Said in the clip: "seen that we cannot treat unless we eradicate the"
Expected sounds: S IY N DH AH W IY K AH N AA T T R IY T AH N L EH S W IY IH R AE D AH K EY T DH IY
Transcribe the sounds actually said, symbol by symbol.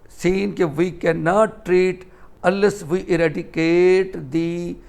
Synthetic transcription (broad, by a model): S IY N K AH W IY K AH N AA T T R IY T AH L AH S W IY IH R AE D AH K EY T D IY